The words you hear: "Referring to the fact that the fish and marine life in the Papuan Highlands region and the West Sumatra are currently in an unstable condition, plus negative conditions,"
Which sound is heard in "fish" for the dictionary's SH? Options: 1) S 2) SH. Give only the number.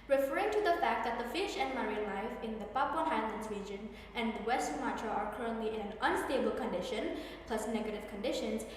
2